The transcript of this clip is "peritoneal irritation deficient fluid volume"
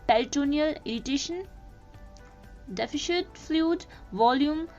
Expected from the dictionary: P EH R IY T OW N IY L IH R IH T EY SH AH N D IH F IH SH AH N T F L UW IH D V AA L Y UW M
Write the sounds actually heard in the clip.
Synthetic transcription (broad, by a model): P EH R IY T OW N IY L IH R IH T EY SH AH N D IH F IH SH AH T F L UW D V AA L Y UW M